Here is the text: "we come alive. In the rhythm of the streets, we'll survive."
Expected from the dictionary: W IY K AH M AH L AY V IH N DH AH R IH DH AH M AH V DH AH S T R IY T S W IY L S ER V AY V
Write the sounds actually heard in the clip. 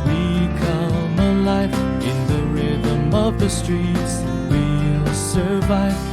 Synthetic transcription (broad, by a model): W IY K AH M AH L AY F IH N DH AH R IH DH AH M AH V DH AH S T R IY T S W IY L S ER V AY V